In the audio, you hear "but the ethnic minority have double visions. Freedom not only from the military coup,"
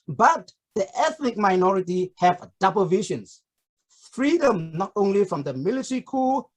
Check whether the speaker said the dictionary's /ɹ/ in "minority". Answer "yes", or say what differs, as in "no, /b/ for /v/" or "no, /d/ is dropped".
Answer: yes